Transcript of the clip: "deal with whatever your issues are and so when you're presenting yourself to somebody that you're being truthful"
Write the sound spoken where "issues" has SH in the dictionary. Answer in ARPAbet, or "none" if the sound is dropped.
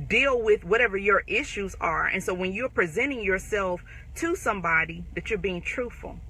SH